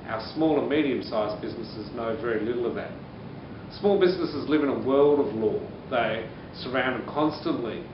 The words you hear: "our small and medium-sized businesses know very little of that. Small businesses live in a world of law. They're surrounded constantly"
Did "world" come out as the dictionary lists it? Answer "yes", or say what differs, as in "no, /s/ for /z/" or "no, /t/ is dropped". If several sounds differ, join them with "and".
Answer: yes